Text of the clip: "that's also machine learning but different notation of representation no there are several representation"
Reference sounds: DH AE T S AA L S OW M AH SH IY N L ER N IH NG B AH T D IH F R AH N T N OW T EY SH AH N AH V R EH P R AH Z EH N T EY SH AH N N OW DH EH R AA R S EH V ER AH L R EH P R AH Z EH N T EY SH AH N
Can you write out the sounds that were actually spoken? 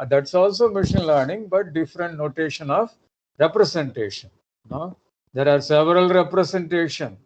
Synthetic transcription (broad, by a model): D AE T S AA L S OW M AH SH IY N L ER N IH NG B AH T D IH F R AH N T N OW T EY SH AH N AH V R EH P R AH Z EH N T EY SH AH N N OW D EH R AA R S EH V ER AH L R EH P R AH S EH N T EY SH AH N